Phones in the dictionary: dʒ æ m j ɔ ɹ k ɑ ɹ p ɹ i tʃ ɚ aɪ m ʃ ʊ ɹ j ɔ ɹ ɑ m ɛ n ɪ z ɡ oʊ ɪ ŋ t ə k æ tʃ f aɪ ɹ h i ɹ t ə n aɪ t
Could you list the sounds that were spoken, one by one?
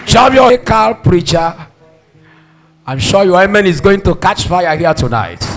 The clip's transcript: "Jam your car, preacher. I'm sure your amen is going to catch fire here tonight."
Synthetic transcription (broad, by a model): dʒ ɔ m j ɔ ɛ k ɑ l p ɹ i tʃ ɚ aɪ m ʃ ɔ j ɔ ɑ m ɛ n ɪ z ɡ oʊ ɪ ŋ t ə k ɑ tʃ f aɪ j h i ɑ t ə n aɪ t